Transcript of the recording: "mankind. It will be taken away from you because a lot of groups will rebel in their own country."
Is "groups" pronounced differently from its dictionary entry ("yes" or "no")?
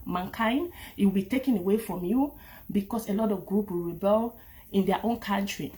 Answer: yes